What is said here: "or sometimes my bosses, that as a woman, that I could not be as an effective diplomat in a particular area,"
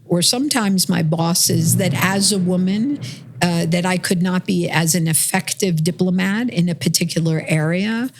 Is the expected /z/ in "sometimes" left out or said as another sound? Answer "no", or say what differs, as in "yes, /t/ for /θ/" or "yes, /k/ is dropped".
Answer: no